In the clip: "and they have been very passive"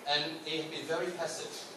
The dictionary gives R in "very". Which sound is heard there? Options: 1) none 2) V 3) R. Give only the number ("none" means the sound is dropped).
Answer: 3